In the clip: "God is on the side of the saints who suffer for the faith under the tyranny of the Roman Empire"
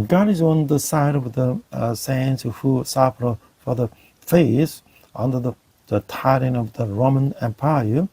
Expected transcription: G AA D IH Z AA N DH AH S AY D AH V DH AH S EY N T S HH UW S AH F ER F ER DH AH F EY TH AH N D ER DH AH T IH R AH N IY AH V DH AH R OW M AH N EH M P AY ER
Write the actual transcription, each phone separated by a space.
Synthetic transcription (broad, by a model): G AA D IH Z AA N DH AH S AY D AH V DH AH S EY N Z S HH UW S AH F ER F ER DH AH F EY S AH N D ER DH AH T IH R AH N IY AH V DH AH R OW M AH N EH M P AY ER